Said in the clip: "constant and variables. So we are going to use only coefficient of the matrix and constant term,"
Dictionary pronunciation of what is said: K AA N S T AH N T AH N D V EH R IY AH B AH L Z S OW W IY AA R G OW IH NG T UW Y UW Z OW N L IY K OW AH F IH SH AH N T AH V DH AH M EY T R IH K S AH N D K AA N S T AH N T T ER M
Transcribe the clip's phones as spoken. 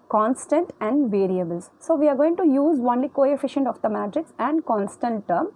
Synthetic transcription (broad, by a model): K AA N S T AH N T AH N D V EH R IY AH B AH L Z S OW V IY AA R G OW IH NG T UW Y UW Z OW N L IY K OW AH F IH SH AH N T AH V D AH M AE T R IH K S AH N D K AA N S T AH N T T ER M